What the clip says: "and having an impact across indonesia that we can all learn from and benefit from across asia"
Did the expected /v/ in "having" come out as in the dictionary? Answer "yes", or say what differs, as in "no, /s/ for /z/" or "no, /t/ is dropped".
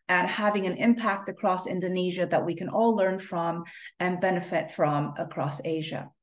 yes